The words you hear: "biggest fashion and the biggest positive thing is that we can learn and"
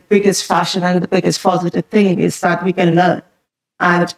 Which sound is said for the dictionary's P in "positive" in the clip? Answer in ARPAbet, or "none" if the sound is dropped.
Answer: F